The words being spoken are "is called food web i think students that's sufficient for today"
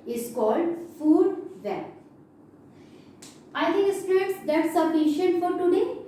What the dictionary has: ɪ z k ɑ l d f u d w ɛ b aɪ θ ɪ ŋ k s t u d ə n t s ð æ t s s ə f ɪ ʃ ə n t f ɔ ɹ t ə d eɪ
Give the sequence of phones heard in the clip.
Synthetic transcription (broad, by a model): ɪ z k ɑ l d f u d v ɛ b aɪ t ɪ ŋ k s t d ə t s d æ t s s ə f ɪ ʃ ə n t f ɔ ɹ t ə d eɪ